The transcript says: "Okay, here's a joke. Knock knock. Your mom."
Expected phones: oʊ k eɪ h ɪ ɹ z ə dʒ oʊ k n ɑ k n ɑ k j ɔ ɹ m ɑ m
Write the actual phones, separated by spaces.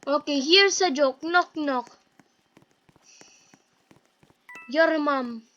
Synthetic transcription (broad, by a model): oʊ k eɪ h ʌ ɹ s ə dʒ oʊ k n ɑ k n ɑ k j ɔ ɹ m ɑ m